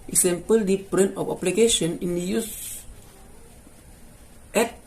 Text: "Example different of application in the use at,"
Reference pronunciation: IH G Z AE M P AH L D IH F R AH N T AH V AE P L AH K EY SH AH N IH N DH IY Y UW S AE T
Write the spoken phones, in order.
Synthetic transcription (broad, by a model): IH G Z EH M P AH L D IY P R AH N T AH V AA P L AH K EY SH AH N IH N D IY Y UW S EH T